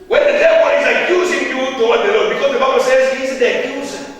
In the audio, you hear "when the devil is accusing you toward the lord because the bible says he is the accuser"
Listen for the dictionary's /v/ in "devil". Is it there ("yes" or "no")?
no